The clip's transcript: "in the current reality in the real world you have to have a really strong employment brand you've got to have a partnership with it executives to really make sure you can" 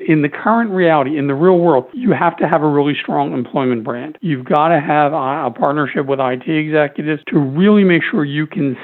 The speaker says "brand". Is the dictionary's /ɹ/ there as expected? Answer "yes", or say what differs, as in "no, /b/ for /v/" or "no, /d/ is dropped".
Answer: yes